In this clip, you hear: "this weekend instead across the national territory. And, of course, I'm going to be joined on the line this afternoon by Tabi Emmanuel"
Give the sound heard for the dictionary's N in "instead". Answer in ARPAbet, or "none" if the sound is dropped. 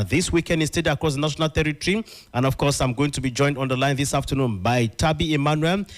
none